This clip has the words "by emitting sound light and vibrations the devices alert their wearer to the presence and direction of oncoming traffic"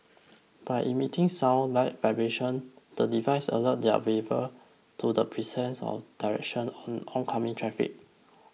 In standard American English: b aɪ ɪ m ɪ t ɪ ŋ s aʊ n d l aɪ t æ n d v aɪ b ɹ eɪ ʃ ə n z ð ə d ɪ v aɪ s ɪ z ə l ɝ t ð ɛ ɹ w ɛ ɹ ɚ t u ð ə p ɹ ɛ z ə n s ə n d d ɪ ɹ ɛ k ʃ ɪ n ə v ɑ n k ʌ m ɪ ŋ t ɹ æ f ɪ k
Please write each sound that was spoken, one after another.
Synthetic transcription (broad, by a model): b aɪ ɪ m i t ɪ ŋ s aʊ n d l aɪ t v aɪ b ɹ eɪ ʃ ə n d ə d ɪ v aɪ s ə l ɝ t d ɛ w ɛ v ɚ t u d ə p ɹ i s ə n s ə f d d ɪ ɹ ɛ k ʃ ɪ n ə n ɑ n k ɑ m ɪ ŋ t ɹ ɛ f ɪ k